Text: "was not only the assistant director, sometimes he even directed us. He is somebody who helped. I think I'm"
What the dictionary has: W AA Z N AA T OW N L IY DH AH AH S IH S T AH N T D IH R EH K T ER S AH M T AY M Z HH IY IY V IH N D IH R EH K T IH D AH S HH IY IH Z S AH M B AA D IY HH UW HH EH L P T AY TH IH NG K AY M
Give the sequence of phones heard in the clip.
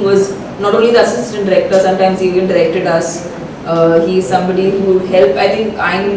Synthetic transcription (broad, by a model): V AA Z N AA T OW N L IY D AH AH S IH S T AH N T D IH R EH K T ER S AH M T AY M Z HH IY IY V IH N D IH R EH K T IH D AH S HH IY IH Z S AH M B AA D IY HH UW HH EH L P AY T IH NG K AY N